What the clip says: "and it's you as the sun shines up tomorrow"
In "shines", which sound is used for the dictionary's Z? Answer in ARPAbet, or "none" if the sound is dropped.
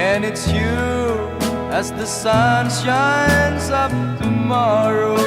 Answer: Z